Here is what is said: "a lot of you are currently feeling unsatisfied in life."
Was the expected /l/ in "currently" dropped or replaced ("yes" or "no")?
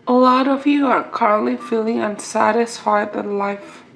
no